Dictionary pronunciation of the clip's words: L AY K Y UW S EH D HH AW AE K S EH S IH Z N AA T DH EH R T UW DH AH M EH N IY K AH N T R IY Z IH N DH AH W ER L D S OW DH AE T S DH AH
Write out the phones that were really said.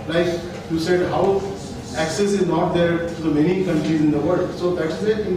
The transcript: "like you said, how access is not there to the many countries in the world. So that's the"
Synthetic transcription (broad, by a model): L AY K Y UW S EH D HH AW AE K S EH S IH Z N AA T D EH R T UW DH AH M EH N IY K AH N T R IY Z IH N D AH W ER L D S OW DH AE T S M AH